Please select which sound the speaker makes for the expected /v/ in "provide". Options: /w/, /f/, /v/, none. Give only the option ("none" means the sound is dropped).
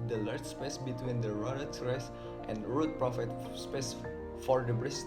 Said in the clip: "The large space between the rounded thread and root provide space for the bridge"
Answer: /f/